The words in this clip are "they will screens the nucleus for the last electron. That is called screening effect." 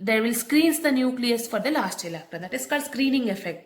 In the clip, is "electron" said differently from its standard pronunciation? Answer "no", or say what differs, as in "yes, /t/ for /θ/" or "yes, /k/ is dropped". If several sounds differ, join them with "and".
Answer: yes, /ɹ/ is dropped